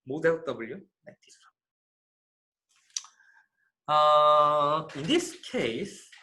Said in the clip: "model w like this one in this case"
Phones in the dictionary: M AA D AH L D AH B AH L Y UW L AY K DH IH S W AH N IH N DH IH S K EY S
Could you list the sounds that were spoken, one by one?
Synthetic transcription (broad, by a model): M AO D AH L D AH B AH L Y UW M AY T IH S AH IH N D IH S K EY S